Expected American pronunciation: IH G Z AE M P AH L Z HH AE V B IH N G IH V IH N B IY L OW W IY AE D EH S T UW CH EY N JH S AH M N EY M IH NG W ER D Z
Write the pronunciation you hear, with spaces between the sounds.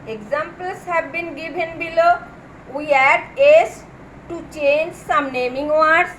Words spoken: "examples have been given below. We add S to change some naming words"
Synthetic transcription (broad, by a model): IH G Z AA M P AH L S HH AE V B IH N G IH B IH N B IY L OW W IY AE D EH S T UW CH EY N JH S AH M N EY M IH NG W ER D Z